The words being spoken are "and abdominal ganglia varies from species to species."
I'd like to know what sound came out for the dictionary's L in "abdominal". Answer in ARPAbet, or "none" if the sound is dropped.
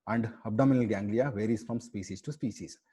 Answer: L